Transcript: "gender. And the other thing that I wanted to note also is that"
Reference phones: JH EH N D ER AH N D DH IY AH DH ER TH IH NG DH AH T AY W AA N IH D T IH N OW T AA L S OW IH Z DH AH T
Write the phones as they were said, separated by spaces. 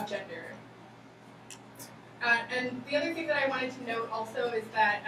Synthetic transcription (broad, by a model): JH EH N D ER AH N DH IY AH DH ER TH IH NG DH AH T AY W AA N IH D T IH N OW T AA L S OW IH Z DH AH T